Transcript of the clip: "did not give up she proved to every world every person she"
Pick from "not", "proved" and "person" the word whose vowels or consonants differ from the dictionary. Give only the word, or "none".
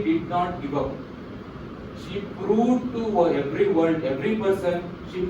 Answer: proved